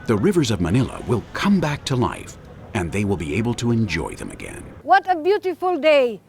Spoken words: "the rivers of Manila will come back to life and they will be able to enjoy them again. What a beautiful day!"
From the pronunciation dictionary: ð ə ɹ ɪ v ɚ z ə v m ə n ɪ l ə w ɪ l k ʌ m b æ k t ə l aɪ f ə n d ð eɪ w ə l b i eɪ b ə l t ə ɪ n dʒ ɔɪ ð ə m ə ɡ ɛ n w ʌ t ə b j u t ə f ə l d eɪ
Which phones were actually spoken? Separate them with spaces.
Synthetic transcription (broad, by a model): ð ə ɹ ɪ v ɚ z ə v m ə n ɪ l ə w ɪ l k ʌ m b æ k t ə l aɪ f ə n ð eɪ w ə l b i eɪ b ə l t ə ɪ n dʒ ɔɪ ð ə m ə ɡ ɛ n w ʌ t ə b j u t ə f ə l d eɪ